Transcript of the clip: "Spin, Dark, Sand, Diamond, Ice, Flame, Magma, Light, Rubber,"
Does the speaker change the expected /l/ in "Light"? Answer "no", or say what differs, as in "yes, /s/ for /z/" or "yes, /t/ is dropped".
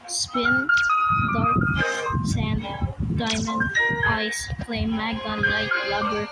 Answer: yes, /n/ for /l/